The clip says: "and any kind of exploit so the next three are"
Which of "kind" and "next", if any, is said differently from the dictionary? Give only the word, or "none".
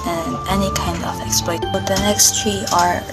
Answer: none